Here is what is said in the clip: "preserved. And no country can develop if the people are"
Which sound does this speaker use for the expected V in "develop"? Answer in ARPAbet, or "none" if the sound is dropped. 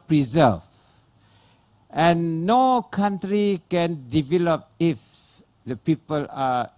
V